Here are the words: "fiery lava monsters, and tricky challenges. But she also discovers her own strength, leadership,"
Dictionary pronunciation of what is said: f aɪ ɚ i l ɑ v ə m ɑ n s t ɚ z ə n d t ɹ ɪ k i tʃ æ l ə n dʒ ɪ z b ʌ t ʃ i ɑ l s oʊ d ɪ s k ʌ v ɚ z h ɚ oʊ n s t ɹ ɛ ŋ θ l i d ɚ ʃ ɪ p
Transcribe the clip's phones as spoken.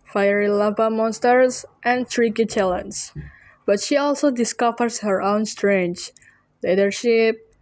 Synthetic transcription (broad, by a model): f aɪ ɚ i l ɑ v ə m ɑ n s t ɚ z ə n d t ɹ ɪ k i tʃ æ l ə n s b ʌ t ʃ i ɑ l s oʊ d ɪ s k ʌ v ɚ s h ɚ oʊ n s t ɹ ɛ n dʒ l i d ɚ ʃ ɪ p